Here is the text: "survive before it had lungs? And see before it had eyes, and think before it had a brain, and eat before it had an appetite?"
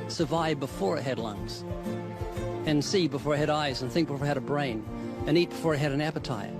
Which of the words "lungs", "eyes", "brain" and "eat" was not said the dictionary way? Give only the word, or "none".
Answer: none